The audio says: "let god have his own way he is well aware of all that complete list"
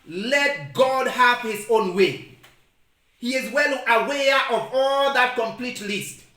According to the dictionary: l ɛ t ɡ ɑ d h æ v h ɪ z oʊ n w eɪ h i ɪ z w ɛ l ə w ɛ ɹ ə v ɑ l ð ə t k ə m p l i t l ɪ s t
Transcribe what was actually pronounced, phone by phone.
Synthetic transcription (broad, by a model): l ɛ t ɡ ɑ d h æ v h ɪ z oʊ n w eɪ h i ɪ z w ɛ l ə w ɛ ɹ ə v ɑ l ð ə t k ə m p l i t l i s t